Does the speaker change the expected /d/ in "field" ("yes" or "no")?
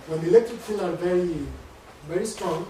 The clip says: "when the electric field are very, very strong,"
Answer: yes